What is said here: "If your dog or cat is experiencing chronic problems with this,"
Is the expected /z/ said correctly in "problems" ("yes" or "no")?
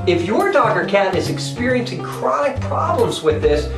yes